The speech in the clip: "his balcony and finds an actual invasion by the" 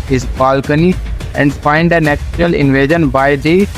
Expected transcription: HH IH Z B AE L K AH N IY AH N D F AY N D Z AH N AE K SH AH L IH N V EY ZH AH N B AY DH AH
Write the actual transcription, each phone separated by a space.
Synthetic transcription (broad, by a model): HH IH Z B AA L K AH N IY AH N D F AY N D AH N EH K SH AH L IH N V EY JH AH N B AY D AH